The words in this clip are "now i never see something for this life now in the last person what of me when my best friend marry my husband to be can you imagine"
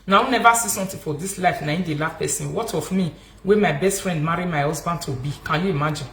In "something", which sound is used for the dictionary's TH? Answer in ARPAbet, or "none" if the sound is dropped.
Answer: T